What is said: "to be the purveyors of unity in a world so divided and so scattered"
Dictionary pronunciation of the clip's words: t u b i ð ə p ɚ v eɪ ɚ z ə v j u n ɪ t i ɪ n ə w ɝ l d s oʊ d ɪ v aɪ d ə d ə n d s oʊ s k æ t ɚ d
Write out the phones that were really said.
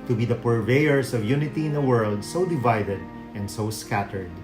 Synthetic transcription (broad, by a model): t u b i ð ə p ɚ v eɪ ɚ s ə v j u n ɪ t i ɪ n ə w ɝ l d s oʊ d ɪ v aɪ d ə d ə n d s oʊ s k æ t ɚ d